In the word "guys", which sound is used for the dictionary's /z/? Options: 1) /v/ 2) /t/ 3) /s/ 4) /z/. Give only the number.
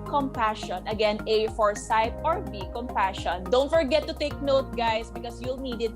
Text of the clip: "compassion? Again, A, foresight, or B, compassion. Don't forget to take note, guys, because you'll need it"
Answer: 3